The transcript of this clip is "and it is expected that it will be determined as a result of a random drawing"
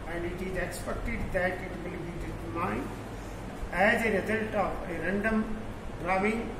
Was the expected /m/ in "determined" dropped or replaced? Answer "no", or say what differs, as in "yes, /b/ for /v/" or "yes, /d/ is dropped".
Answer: yes, /m/ is dropped